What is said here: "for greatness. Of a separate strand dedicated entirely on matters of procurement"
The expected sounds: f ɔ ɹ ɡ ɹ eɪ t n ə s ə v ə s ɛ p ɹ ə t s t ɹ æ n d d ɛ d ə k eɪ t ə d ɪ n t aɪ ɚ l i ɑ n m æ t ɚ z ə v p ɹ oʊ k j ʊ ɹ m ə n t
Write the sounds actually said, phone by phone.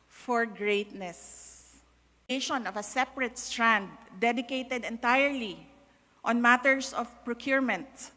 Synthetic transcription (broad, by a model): f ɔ ɹ ɡ ɹ eɪ t n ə s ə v ə s ɛ p ɹ ə t s t ɹ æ n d d ɛ d ə k eɪ t ə d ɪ n t aɪ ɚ l i ɑ n m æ t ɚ s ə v p ɹ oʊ k j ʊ ɹ m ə n t